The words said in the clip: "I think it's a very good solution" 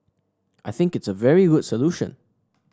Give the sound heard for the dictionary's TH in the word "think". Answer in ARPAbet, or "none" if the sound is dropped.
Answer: TH